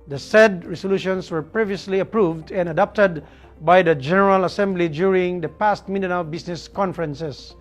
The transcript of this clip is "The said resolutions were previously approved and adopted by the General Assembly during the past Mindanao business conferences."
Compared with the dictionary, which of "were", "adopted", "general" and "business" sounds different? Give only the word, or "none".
business